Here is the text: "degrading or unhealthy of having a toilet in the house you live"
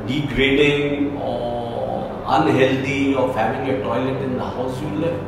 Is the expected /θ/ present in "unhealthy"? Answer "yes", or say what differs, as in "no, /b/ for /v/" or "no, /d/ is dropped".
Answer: no, /t/ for /θ/